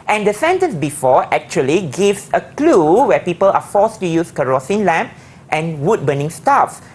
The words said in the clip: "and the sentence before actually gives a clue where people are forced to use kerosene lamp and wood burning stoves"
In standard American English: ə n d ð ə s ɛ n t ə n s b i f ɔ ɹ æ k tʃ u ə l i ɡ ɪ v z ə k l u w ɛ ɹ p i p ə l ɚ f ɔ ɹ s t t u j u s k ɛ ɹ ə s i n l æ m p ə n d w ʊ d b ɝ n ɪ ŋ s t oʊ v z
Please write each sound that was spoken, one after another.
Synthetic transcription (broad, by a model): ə n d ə s ɛ n t ə n s b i f ɔ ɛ k tʃ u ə l i ɡ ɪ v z ə k l u w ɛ p i p ə l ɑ f ɔ s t t u j u s k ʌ ɹ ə s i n l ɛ m p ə n w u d b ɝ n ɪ ŋ s t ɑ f